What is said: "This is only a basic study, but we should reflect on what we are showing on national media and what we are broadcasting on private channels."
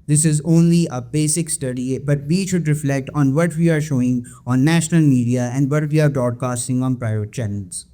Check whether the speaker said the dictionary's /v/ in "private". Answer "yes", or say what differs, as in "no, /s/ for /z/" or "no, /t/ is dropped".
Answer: no, /v/ is dropped